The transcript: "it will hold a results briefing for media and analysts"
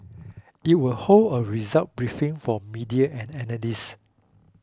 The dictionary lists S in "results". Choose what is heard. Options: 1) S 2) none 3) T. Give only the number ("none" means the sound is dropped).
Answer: 2